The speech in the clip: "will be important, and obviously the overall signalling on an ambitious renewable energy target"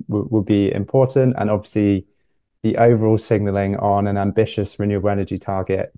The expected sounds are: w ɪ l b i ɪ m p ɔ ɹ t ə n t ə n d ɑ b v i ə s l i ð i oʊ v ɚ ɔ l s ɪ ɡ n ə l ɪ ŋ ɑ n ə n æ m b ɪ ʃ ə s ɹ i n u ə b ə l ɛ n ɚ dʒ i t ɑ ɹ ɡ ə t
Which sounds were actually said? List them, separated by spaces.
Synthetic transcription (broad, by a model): w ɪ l b i ɪ m p ɔ t n t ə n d ɑ b v i ə s l i ð i oʊ v ɚ ɔ l s ɪ ɡ n ə l ɪ ŋ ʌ n ə n æ m b ɪ ʃ ə s ɹ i n u ə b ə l ɛ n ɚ dʒ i t ɑ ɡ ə t